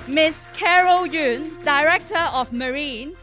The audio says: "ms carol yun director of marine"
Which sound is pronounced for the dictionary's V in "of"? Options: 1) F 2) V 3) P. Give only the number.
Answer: 1